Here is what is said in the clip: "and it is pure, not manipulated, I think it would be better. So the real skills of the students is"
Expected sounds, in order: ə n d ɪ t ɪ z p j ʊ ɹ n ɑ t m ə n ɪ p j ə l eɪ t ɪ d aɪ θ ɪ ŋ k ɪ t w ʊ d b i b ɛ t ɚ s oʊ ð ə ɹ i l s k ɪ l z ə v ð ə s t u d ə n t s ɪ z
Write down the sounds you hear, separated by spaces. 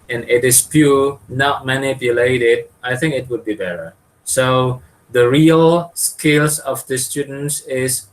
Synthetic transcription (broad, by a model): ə n ɪ t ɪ s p j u n ɑ t m ə n ɪ p j ə l eɪ t ɪ d aɪ θ ɪ ŋ k ɪ t w ʊ d b i b ɛ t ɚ s oʊ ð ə ɹ i l s k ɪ l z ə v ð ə s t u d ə n t s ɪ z